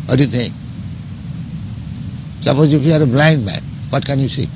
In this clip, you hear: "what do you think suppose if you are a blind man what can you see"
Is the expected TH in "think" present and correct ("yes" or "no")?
no